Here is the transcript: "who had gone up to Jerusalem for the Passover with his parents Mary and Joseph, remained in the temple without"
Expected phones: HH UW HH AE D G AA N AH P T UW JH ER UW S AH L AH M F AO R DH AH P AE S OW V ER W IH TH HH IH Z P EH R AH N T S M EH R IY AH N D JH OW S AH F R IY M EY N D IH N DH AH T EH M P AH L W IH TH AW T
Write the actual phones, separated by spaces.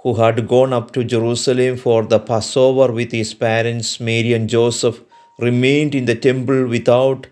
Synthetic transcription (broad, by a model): HH UW HH AE D G AA N AH P T UW JH ER UW S AH L AH M F AO R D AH P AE S OW V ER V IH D HH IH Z P EH R AH N T S M EH R IY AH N JH OW S AH F R IY M EY N D IH N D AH T EH M P AH L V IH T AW T